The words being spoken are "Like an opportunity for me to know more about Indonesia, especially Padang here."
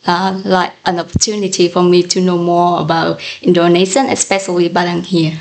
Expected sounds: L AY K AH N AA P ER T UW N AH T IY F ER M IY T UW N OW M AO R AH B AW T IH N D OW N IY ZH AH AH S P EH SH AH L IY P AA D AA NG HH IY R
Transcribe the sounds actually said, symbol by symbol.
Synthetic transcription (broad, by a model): L AY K AH N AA P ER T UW N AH T IY F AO M IY T UW N OW M AO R AH B AW T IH N D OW N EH SH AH AH S P EH SH AH L IY B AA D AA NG HH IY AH